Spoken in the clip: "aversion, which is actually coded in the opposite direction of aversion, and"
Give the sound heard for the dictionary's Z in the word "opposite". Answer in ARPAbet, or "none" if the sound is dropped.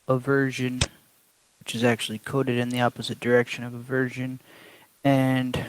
Z